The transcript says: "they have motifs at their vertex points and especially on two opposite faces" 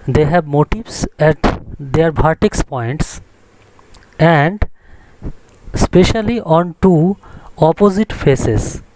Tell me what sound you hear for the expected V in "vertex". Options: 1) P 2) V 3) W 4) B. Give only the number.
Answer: 4